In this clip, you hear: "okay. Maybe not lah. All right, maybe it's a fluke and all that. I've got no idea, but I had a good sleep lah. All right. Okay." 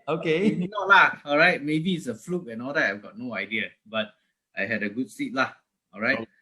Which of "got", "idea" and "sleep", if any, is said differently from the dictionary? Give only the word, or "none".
sleep